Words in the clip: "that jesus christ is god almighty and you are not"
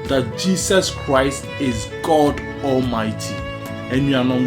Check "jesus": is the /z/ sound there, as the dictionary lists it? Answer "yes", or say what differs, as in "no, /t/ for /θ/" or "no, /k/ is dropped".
no, /s/ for /z/